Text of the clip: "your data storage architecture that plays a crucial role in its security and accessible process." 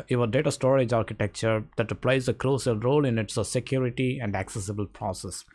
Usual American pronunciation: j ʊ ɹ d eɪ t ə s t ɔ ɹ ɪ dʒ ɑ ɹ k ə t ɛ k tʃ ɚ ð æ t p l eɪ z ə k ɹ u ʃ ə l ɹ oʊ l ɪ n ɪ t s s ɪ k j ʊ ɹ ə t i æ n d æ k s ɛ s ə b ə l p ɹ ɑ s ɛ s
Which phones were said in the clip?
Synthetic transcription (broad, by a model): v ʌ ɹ d eɪ t ə s t ɔ ɹ ɪ dʒ ɑ ɹ k ə t ɛ k tʃ ɚ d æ t p l eɪ z ə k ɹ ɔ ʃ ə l ɹ oʊ l ɪ n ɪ t s s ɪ k j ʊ ɹ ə t i æ n d æ k s ɛ s ə b ə l p ɹ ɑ s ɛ s